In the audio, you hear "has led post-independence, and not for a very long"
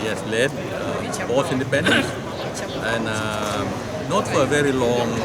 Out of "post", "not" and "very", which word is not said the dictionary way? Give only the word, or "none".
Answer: post